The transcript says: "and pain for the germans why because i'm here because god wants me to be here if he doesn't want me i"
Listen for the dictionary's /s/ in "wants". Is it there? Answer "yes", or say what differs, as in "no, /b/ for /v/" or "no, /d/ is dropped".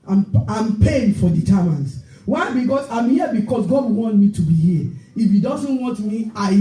no, /s/ is dropped